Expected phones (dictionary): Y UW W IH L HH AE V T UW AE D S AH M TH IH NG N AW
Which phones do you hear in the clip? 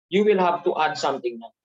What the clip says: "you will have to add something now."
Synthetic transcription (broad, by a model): Y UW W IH L HH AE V T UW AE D S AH M T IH NG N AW